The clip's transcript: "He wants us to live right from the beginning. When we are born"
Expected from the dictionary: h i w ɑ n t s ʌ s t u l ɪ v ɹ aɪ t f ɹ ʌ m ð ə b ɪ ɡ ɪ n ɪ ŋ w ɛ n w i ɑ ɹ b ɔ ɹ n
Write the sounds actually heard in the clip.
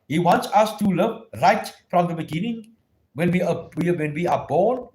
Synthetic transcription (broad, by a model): h i w ɑ n t s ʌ s t u l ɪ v ɹ aɪ t f ɹ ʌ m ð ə b ɪ ɡ ɪ n ɪ ŋ w ɛ n w i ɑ w b ɔ n